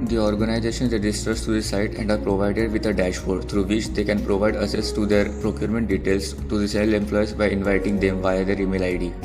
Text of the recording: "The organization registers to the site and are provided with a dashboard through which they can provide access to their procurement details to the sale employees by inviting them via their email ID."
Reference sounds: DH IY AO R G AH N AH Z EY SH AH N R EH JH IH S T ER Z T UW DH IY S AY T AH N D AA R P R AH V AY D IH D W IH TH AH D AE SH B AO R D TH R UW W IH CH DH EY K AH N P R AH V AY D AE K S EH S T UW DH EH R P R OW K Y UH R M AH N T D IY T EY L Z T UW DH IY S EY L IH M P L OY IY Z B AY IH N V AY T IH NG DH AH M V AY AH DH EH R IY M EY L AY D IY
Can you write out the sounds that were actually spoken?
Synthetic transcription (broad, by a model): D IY AO R G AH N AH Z EY SH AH N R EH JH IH S T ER S T UW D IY S AY T AH N D AA R P R AH V AY D IH D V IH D AH D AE SH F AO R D T R UW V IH CH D EY K AH N P R AH V AY D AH S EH S T UW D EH R P R OW K Y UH R M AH N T D IY T EY L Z T UW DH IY S EY L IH M P L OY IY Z B AY IH N V AY T IH NG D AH M V AY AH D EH R IY M EY L AY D IY